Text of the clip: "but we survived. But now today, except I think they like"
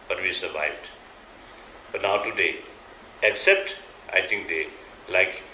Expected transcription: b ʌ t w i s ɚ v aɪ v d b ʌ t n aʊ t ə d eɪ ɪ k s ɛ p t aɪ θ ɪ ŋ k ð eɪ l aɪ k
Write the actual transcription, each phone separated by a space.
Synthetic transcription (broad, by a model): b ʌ t w i s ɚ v aɪ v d b ʌ t n aʊ t ə d eɪ ɪ k s ɛ p t aɪ t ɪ ŋ k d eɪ l aɪ k